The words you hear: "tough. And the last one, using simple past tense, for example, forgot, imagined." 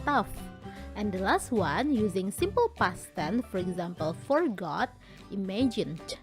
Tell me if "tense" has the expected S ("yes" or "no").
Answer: no